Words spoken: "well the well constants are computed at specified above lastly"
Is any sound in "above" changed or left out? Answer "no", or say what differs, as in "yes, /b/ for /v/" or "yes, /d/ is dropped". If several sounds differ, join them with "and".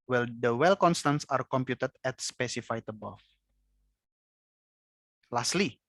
yes, /f/ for /v/